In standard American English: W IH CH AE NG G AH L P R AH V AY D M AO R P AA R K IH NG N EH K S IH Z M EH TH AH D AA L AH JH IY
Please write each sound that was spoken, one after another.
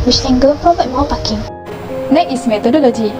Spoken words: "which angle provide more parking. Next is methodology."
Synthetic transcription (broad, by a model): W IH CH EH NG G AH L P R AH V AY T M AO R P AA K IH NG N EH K IH S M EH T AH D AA L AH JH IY